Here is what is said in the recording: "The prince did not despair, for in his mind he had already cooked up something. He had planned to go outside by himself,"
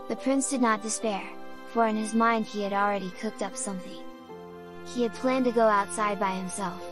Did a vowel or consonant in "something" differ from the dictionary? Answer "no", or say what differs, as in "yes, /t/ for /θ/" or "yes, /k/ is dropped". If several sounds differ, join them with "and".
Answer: no